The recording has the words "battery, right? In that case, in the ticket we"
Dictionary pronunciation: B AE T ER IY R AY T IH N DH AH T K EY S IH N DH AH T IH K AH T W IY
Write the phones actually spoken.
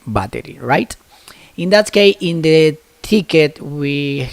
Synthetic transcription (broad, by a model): B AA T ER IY R AY T IH N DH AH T K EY IH N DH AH T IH K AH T W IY